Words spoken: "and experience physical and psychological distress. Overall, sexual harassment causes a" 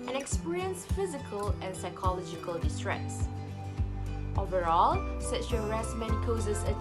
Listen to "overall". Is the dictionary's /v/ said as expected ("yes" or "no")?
yes